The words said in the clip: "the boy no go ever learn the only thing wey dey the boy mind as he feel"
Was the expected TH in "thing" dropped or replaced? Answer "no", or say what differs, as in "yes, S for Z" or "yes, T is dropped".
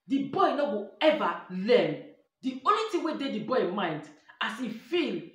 yes, T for TH